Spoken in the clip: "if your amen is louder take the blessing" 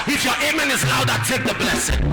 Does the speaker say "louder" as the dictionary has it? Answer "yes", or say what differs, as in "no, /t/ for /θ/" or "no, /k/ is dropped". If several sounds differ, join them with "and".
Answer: no, /n/ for /l/